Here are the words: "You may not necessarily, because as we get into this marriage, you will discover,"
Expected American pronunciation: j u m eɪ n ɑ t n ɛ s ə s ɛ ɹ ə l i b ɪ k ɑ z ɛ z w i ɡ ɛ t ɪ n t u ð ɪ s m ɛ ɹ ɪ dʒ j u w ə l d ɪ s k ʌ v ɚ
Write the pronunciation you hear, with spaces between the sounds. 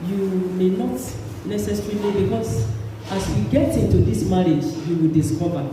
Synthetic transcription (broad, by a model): j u m eɪ n ɑ t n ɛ s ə s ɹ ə n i b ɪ k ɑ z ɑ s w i ɡ ɛ t ɪ n t u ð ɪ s m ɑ ɹ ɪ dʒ j u w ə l d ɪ s k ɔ v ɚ